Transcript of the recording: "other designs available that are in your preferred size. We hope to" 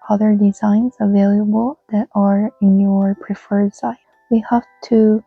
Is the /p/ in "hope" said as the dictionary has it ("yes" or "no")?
no